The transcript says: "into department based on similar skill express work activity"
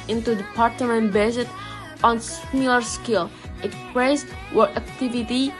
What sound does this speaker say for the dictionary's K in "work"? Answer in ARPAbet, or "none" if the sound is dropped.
none